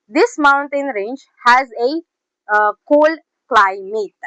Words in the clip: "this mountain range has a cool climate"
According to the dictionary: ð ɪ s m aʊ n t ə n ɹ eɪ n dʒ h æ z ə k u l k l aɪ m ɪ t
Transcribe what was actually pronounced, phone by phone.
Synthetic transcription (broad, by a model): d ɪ s m aʊ n t ə n ɹ eɪ n dʒ h æ z ə k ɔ l k l aɪ m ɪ t